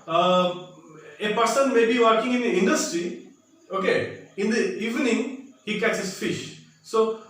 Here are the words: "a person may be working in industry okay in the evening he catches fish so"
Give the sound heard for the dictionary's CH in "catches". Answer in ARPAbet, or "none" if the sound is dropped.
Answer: S